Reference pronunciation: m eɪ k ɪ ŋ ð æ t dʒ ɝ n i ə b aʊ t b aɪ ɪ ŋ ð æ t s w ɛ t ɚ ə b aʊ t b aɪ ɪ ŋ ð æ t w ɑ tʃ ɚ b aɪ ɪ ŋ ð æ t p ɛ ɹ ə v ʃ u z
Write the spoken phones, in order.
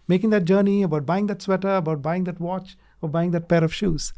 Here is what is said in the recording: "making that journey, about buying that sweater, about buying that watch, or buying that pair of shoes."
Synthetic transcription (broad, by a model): m eɪ k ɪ ŋ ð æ t dʒ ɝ n i ə b aʊ t b aɪ ɪ ŋ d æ t s w ɛ t ɚ ə b aʊ t b aɪ ɪ ŋ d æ t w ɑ tʃ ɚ b aɪ ɪ ŋ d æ t p ɛ ɹ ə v ʃ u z